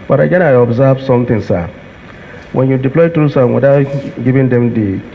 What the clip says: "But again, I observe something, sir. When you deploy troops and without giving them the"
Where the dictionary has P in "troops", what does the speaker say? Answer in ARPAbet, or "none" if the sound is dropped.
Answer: none